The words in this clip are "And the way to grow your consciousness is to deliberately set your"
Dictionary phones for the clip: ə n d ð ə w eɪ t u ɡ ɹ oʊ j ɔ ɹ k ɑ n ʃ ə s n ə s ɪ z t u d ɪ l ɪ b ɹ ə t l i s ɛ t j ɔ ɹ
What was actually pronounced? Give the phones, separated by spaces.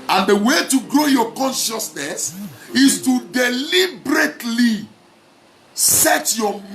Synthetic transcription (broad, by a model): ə n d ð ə w eɪ t u ɡ ɹ oʊ j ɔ k ɑ n ʃ ə s n ə s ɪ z t u d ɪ l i b ɹ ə t l i s ɛ t j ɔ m